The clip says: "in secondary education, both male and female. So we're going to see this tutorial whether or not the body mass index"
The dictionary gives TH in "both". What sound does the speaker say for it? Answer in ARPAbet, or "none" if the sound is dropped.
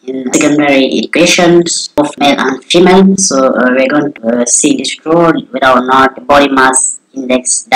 F